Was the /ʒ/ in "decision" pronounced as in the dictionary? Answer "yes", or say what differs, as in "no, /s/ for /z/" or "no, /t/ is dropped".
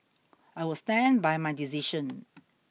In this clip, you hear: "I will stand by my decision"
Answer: no, /ʃ/ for /ʒ/